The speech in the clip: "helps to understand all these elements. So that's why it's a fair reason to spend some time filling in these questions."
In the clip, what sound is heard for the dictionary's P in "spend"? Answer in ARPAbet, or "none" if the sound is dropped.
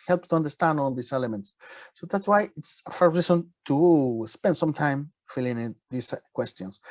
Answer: P